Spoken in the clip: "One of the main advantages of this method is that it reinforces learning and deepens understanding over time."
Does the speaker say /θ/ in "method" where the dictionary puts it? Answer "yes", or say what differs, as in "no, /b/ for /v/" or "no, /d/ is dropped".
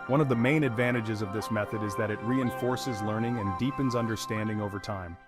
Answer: yes